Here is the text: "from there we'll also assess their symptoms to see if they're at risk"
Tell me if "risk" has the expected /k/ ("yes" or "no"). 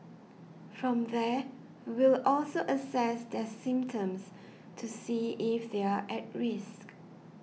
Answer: yes